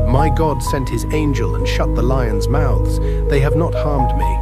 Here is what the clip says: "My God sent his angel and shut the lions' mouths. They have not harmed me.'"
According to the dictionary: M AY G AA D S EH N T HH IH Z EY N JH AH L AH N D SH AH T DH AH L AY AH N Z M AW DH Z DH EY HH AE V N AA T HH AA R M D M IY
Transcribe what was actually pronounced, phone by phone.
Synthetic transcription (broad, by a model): M AY G AA D S EH N T HH IH Z EY N JH AH L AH N SH AH T DH AH L AY AH N Z M AW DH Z DH EY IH V N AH T HH AA R M D M IY